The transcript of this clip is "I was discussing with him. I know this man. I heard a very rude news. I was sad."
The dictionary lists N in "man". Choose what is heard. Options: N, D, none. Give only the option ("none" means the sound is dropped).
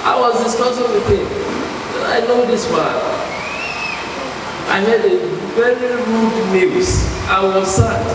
none